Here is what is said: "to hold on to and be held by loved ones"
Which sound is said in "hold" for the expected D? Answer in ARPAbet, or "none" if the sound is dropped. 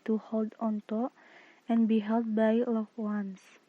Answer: D